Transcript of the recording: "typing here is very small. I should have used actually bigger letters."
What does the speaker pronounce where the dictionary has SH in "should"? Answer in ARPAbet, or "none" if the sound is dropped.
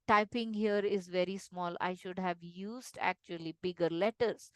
SH